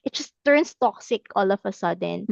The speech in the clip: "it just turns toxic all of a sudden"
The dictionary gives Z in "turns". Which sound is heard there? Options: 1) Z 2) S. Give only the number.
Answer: 2